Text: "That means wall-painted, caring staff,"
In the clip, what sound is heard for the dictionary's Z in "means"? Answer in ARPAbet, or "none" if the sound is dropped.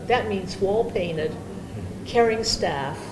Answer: Z